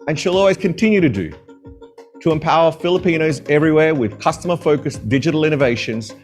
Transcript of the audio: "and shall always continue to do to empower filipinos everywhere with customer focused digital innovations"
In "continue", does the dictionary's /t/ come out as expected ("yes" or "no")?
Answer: yes